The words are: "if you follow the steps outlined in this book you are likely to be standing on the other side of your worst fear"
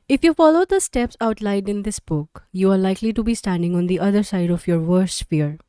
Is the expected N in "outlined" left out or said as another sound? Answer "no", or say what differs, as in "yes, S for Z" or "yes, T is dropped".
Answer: yes, N is dropped